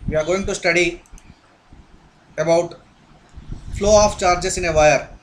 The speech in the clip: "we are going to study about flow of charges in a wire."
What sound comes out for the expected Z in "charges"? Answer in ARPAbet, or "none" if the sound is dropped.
S